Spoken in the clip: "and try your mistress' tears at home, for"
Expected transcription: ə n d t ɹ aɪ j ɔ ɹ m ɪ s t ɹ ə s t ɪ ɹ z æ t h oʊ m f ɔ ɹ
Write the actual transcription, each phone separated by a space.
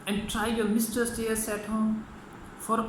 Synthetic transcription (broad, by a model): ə n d t ɹ aɪ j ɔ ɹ m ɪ s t ə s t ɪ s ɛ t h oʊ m f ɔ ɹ